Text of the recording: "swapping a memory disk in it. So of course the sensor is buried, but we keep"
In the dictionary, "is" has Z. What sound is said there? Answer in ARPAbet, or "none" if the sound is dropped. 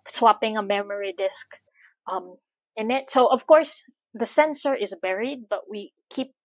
Z